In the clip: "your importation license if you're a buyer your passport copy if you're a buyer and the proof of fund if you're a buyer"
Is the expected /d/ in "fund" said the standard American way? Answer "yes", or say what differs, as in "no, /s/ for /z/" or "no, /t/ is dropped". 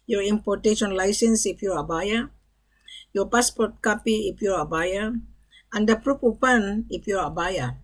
no, /d/ is dropped